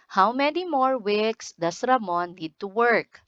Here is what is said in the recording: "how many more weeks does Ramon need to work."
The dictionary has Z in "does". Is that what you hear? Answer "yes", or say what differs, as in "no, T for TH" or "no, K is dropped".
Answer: no, S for Z